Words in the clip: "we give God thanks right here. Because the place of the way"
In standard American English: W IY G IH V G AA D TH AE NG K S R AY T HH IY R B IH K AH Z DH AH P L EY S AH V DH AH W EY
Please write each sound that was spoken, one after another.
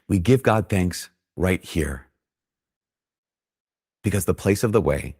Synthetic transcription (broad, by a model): W IY G IH V G AA D TH AE NG K S R AY T HH IY R B IH K AH Z DH AH P L EY S AH V DH AH W EY